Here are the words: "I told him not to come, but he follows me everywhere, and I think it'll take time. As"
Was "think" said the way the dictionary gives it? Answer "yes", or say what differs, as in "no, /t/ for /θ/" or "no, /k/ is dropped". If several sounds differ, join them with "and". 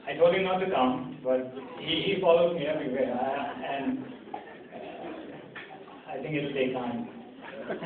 no, /t/ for /θ/